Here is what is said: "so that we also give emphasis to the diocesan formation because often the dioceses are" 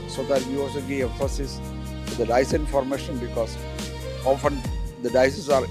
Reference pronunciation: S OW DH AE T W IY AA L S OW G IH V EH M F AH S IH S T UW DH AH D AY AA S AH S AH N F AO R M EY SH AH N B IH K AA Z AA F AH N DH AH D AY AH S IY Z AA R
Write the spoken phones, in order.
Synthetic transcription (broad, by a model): S OW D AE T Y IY AA L S OW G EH EH F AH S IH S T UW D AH D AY AA AH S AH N F AO R M EY SH AH N B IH K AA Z AA F AH N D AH D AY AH S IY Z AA R